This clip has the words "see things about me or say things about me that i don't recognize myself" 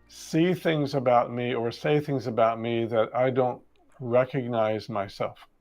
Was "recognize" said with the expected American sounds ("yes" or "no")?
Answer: yes